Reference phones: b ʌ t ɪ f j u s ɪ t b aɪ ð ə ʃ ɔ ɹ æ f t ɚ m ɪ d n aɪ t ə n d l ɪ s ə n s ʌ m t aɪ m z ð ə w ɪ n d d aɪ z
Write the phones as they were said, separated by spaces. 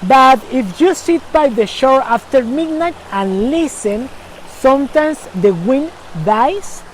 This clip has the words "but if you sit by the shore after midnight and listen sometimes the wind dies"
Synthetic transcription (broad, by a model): b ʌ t ɪ f j u s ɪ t b aɪ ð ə ʃ ɔ ɹ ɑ f t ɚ m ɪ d n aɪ t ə n l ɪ s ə n s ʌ m t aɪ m s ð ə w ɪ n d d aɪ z